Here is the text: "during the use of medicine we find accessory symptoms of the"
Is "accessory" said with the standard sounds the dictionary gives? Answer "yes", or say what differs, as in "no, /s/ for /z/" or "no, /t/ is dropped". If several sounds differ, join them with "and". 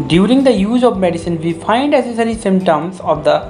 no, /k/ is dropped